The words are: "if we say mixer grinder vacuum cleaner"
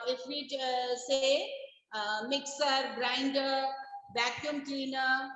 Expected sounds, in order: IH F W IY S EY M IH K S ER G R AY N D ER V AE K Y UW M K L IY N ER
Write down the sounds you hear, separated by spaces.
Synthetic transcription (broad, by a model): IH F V IY S EY M IH K S ER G R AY N D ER B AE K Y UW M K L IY N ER